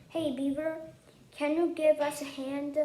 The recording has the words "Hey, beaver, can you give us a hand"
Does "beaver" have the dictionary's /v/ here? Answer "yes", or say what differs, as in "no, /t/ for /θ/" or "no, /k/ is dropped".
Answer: no, /b/ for /v/